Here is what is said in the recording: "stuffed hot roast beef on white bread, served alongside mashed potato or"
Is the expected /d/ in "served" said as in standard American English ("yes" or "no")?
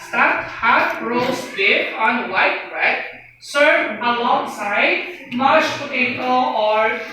no